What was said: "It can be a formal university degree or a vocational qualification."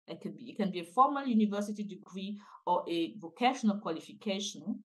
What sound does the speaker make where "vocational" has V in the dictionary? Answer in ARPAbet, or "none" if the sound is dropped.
V